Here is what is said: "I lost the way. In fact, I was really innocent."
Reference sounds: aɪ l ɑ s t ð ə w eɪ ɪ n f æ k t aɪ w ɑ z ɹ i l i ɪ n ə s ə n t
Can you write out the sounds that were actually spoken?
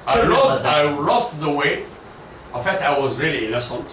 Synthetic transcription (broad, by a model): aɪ l ɑ s t ð ə w eɪ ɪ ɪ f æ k t aɪ w ɑ z ɹ i l i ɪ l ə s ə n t